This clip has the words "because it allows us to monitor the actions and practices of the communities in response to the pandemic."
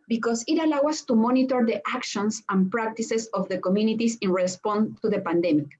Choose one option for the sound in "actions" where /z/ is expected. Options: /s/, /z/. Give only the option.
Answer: /s/